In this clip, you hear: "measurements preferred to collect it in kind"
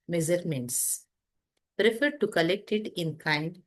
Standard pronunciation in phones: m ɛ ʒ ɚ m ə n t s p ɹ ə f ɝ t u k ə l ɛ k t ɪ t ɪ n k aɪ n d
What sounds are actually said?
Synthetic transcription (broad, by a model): m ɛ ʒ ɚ m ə n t s p ɹ ə f ɝ t u k ə l ɛ k t ɪ t ɪ n k aɪ n d